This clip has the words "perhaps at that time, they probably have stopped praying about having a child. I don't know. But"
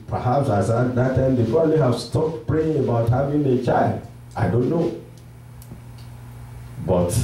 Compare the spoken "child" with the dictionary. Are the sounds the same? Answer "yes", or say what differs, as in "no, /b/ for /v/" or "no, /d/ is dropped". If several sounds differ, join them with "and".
yes